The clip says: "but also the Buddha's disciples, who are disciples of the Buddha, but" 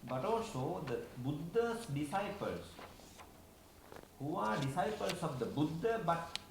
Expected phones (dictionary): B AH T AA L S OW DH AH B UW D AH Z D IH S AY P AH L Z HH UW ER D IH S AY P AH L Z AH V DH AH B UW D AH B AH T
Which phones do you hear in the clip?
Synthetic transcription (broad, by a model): B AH T AA L S OW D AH B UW D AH S D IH S AY P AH L S HH UW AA D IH S AY P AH L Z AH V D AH B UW D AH B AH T